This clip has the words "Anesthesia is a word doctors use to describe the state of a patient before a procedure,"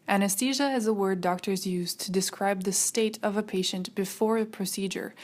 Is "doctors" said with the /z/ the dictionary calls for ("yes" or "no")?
yes